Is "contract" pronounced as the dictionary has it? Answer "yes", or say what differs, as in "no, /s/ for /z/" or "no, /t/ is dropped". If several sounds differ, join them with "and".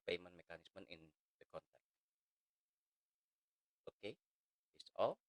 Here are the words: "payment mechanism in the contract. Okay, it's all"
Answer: no, /ɹ/ is dropped